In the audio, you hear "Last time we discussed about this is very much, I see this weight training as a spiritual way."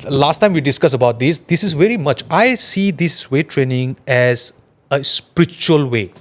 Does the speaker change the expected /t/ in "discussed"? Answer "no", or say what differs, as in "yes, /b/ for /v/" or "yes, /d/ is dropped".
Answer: yes, /t/ is dropped